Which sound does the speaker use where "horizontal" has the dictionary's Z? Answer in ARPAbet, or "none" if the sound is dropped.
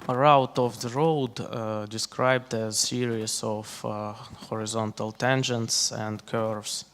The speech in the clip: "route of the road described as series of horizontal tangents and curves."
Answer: Z